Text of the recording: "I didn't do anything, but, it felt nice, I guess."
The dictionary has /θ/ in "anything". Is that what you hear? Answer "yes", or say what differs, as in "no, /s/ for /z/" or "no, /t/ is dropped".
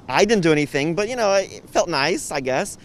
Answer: yes